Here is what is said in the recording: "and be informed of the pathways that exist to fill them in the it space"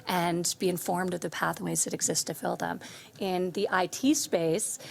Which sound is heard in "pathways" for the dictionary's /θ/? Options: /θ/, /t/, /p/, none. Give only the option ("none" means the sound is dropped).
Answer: /θ/